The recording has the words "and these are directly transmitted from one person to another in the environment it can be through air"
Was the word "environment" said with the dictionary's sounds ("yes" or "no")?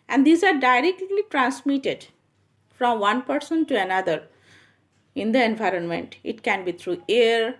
yes